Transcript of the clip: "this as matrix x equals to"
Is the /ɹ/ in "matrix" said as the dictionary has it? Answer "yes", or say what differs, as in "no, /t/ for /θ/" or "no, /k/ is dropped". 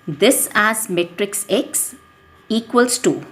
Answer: yes